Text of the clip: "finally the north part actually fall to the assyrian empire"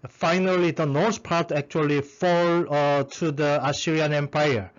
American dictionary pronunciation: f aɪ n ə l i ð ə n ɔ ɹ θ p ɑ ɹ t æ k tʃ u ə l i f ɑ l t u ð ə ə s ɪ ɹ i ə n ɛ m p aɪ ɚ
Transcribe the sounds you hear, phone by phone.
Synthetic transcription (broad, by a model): f aɪ n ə l i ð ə n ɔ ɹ s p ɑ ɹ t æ k tʃ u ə l i f ɑ l t u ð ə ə s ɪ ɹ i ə n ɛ m p aɪ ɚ